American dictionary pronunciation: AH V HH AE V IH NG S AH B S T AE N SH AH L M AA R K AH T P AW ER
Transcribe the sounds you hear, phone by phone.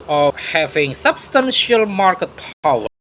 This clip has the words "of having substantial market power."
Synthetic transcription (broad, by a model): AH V HH AE V IH NG S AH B S T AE N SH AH L M AA R K AH T P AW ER